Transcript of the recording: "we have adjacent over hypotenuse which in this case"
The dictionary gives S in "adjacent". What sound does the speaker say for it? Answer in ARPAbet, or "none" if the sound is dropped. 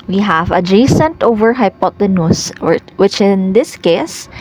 S